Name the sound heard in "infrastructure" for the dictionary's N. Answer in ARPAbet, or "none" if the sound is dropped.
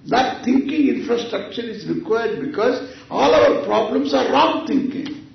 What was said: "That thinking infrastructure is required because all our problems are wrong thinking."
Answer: N